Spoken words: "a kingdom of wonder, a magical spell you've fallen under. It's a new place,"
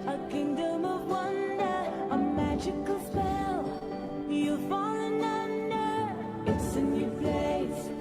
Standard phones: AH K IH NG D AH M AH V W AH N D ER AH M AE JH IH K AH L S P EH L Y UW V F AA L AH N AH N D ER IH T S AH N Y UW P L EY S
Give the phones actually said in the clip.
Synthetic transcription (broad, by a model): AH K IH NG D AH M AH V W AH N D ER AH M AE JH IH K AH L S P EH L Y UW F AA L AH N AH N D ER IH T S AH N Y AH P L EY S